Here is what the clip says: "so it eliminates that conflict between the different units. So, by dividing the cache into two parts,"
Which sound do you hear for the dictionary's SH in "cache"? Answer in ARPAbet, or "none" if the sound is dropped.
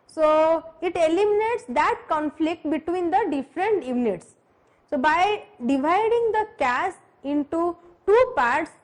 S